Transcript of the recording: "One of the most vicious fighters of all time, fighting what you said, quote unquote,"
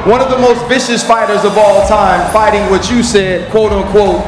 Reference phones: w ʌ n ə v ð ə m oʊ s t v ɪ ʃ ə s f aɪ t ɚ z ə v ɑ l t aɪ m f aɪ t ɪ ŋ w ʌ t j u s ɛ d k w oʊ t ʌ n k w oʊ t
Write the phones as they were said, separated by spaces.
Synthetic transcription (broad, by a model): w ʌ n ə v ð ə m oʊ s t v ɪ ʃ ə s f aɪ t ɚ z ə v ɑ l t aɪ m f aɪ t ɪ ŋ w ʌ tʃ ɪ s ɛ d k w oʊ t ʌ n k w oʊ t